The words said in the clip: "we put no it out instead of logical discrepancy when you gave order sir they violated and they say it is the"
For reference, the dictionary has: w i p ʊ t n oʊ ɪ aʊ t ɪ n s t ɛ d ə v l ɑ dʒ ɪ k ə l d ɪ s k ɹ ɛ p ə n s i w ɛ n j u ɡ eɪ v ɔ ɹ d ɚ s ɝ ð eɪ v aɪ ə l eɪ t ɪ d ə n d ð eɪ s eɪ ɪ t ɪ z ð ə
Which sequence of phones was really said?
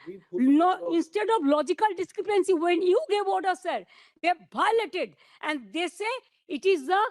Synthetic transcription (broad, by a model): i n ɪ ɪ n s t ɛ d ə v l ɑ dʒ ɪ k ə l d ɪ s k ɹ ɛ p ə n s i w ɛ n j u ɡ eɪ v ɔ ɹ d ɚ s ɝ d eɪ b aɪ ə l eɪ t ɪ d ə n d eɪ s eɪ ɪ t ɪ z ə